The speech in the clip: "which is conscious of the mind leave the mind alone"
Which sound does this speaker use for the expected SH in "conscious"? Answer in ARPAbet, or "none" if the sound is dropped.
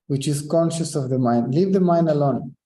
SH